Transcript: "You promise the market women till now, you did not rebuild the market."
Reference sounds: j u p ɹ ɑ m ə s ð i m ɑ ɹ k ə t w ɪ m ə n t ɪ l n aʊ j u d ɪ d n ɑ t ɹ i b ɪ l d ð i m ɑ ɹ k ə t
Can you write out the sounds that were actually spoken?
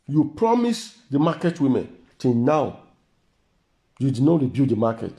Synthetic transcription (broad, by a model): j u p ɹ ɑ m ə s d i m ɑ k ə t w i m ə n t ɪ n n aʊ j u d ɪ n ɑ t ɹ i b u d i m ɑ k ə t